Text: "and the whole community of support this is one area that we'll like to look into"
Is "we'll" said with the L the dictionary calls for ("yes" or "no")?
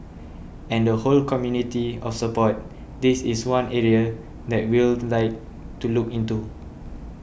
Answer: yes